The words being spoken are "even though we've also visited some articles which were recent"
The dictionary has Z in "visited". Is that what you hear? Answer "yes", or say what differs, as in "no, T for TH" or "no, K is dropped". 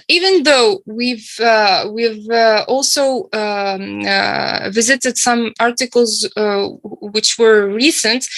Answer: yes